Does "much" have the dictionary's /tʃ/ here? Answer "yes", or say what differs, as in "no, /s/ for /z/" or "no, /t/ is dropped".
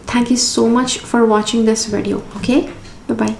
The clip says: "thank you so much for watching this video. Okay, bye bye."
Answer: yes